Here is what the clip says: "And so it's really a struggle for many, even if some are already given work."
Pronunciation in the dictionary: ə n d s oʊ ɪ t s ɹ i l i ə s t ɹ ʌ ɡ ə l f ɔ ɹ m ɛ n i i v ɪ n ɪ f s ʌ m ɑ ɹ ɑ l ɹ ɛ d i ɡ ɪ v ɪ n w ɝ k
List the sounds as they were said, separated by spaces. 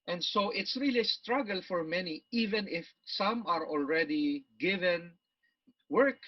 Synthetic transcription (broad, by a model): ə n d s oʊ ɪ t s ɹ i l i s t ɹ ʌ ɡ ə l f ɔ ɹ m ɛ n i i v ɪ n ɪ f s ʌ m ɑ ɹ ɑ l ɹ ɛ d i ɡ ɪ v ɪ n w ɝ k